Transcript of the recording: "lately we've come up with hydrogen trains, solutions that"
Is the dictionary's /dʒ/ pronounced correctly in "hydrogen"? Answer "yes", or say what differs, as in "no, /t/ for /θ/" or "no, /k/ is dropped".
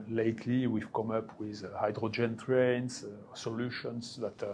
yes